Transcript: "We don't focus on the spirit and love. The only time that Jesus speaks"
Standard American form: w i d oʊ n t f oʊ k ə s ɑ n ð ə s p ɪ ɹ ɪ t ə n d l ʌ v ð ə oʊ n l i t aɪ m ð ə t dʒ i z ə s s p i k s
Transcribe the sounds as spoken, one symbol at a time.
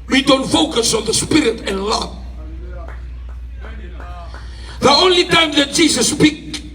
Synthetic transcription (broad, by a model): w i d oʊ n t f oʊ k ə s ɑ n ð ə s p ɪ ɹ ɪ t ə n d l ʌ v ð ə oʊ n l i t aɪ m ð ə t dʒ i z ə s s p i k